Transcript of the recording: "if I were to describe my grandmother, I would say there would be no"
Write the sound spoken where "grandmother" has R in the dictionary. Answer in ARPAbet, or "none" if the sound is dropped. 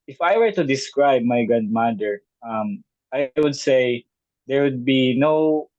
none